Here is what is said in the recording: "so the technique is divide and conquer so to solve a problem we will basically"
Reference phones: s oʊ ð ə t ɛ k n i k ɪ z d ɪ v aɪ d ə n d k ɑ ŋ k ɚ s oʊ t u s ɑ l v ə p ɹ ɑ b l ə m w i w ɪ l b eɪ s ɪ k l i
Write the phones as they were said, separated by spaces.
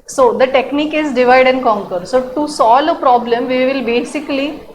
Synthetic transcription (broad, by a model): s oʊ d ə t ɛ k n i k ɪ z d ɪ v aɪ d ə n d k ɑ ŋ k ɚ s oʊ t u s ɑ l ə p ɹ ɑ b l ə m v i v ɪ l b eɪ s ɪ k l i